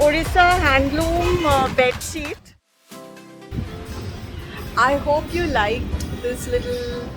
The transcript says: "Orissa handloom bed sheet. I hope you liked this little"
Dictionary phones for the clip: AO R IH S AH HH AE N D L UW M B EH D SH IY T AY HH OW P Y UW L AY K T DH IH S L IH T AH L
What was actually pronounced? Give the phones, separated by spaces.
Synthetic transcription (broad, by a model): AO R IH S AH HH AE N D L UW M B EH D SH IY T AY HH OW P Y UW L AY K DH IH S L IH T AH L